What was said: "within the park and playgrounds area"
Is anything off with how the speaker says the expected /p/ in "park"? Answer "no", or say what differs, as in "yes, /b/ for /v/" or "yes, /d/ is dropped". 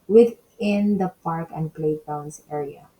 no